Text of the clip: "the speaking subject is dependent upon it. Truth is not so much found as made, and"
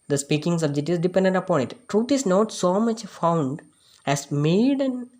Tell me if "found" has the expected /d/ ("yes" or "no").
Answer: yes